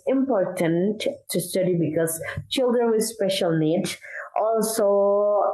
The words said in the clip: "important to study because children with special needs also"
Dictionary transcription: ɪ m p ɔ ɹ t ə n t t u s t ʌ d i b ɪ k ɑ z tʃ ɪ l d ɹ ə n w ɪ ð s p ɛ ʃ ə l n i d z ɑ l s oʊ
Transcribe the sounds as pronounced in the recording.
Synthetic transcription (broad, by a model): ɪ m p ɔ ɹ t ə n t t u s t ʌ d i b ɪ k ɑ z tʃ ɪ l d ɹ ə n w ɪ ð s p ɛ ʃ ə l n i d ɑ l s oʊ